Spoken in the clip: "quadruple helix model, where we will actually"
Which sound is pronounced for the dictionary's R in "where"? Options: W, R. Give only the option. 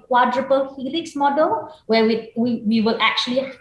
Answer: W